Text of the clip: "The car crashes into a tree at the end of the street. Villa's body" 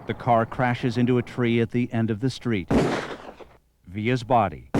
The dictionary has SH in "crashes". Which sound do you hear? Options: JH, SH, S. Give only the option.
SH